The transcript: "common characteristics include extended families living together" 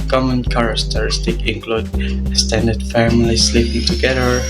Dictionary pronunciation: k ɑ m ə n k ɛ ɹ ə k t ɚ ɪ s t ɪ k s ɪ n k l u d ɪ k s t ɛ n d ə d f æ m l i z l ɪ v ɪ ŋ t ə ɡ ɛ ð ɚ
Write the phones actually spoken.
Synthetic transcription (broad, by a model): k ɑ m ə n k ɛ ɹ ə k t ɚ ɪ s t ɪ k ɪ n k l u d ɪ s t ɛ n d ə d f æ m l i s l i p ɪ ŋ t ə ɡ ɛ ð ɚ